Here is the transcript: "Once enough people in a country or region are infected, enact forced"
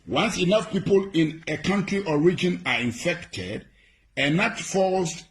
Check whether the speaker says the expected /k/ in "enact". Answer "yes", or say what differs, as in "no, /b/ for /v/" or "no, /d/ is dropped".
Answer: no, /k/ is dropped